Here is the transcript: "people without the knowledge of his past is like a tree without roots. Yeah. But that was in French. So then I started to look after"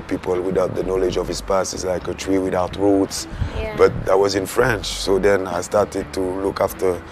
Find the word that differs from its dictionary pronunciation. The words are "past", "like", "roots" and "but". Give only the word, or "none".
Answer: past